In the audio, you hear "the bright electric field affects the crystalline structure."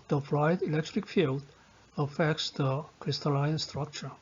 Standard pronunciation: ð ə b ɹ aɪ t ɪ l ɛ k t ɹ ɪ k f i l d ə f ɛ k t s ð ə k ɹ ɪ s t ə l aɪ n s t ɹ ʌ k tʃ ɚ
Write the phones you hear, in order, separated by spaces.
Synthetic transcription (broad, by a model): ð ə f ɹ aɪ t ɪ l ɛ k t ɹ ɪ k f i l d ə f ɛ k t s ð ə k ɹ ɪ s t ə l aɪ n s t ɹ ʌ k tʃ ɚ